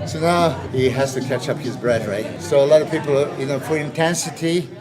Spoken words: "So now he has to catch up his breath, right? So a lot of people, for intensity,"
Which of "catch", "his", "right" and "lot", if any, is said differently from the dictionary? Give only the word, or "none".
none